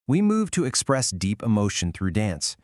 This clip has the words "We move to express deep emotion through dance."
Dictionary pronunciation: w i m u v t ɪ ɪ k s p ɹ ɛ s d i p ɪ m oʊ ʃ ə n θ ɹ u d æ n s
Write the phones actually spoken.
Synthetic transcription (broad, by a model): w i m u v t ɪ ɪ k s p ɹ ɛ s d i p ɪ m oʊ ʃ ə n θ ɹ u d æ n s